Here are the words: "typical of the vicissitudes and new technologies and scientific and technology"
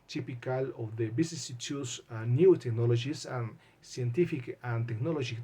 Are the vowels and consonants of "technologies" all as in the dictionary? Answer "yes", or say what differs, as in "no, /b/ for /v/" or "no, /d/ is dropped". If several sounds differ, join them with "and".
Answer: no, /s/ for /z/